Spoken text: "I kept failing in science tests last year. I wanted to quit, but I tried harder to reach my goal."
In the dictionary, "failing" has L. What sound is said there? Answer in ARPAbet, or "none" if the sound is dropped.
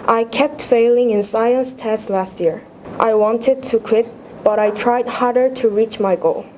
L